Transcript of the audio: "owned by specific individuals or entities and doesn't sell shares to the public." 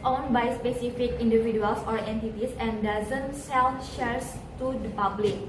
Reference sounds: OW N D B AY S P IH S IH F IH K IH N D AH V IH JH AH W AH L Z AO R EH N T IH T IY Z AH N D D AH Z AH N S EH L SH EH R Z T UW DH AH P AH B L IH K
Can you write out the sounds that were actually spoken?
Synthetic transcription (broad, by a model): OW N B AY S P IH S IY F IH K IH N D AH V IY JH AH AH L S AO R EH N T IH T IY S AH N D D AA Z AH N S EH N SH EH R S T UW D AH P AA B L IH K